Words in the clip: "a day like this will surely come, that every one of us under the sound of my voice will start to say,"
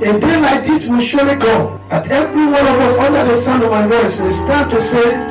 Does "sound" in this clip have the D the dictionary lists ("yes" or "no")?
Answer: no